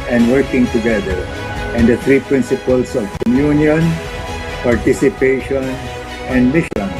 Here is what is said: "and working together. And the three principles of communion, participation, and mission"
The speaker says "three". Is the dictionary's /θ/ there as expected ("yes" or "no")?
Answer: no